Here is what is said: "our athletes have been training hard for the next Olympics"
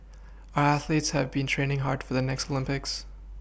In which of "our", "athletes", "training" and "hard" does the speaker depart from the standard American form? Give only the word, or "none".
none